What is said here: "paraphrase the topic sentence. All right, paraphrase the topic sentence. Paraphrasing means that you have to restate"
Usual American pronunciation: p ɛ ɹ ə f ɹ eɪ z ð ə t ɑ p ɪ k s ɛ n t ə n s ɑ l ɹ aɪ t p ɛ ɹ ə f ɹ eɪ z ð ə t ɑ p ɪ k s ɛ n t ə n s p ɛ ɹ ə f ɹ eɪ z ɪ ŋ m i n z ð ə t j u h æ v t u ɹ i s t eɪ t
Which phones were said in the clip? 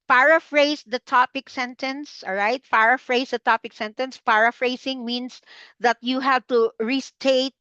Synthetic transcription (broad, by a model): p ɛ ɹ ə f ɹ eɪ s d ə t ɑ p ɪ k s ɛ n t ə n s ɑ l ɹ aɪ t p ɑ ɹ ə f ɹ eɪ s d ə t ɑ p ɪ k s ɛ n t ə n s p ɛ ɹ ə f ɹ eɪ s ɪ ŋ m i n s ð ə t j u h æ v t u ɹ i s t eɪ t